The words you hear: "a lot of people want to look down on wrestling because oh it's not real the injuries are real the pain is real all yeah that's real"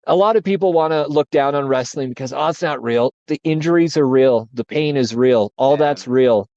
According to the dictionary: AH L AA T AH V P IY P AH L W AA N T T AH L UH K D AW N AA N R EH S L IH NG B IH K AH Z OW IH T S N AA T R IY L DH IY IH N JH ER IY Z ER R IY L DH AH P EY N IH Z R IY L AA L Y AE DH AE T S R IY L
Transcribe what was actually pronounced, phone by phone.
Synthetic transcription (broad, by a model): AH L AA T AH V P IY P L W AA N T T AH L UH K D AW N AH N R EH S L IH NG B IH K AH Z OW IH T S N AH T R IY L DH IY IH N JH ER IY Z ER R IY L DH AH P EY N IH Z R IY L AA L DH AE T S R IY L